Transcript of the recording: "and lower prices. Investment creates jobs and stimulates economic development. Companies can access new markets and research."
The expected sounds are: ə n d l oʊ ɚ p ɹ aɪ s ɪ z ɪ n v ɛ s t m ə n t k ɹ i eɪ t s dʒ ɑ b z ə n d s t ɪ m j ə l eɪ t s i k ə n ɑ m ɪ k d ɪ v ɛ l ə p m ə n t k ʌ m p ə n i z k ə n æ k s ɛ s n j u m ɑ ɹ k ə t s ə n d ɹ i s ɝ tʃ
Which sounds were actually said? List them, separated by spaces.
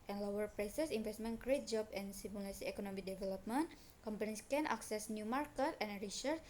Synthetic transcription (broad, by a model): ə n l oʊ ɚ p ɹ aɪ s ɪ s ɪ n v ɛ s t m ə n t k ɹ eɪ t dʒ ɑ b ə n s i m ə l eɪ s i k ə n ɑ m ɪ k d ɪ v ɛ l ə p m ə n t k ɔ m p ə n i s k ə n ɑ k s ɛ s n j u m ɑ ɹ k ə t ə n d ɹ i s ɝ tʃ